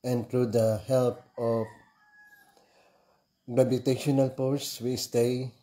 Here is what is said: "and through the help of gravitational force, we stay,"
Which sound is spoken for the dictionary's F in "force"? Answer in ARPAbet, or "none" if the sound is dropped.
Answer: P